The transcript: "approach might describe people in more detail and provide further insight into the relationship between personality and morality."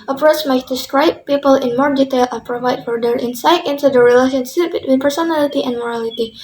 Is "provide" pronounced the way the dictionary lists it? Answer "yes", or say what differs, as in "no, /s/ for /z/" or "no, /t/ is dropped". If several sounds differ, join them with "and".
yes